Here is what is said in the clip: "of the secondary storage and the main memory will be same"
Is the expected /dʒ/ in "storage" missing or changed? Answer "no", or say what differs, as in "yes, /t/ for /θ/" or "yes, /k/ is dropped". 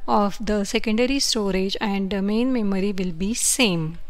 no